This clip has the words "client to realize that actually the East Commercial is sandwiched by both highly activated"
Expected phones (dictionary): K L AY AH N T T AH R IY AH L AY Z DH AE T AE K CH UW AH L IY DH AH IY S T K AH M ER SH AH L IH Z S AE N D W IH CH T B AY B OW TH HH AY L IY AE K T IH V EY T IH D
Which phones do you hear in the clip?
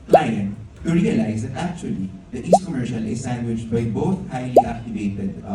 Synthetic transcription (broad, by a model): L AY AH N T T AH R IY AH L AY Z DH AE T AE K CH UW AH L IY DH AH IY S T K AH M ER SH AH L IH Z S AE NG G W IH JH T B AY B OW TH HH AY L IY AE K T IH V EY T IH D